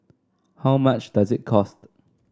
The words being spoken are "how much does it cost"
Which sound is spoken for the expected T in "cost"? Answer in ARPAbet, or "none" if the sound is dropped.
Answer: T